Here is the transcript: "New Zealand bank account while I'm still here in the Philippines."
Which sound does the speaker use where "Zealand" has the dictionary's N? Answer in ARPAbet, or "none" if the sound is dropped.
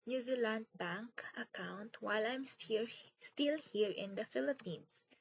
N